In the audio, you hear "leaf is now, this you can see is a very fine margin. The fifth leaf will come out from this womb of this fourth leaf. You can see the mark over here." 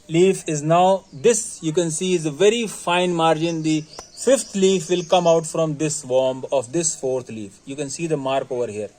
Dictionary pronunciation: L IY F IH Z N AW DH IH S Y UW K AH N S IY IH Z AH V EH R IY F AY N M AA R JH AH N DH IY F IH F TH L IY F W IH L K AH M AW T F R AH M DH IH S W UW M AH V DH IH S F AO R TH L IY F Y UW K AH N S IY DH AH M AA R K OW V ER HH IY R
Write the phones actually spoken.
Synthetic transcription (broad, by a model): L IY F IH Z N AW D IH S Y UW K AH N S IY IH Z AH V EH R IY F AY N M AA R JH AH N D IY F IH F T L IY F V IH L K AH M AW T F R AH M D IH S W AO M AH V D IH S F AO R T L IY F Y UW K AH N S IY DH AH M AA R K OW V ER HH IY R